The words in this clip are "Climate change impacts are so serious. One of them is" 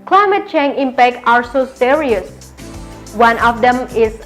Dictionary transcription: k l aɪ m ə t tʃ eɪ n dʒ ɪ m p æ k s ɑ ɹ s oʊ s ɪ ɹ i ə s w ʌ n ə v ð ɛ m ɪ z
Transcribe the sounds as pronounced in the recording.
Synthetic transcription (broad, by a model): k l aɪ m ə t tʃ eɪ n ɪ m p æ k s ɑ ɹ s oʊ s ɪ ɹ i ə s w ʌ n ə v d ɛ m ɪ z